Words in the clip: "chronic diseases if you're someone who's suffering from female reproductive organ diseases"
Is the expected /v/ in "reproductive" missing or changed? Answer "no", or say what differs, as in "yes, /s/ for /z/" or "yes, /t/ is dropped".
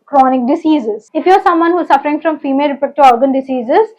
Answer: yes, /v/ is dropped